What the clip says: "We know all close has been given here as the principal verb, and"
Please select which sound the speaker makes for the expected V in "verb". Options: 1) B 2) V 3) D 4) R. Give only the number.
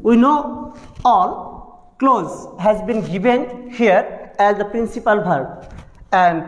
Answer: 1